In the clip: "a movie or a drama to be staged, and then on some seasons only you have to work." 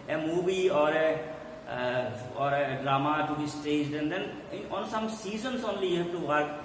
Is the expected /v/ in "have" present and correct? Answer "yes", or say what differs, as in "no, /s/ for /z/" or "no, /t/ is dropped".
no, /p/ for /v/